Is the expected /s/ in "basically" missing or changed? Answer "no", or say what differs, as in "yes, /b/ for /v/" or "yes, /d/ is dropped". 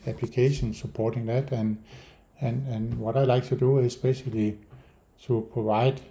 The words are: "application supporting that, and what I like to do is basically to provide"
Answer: yes, /ʃ/ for /s/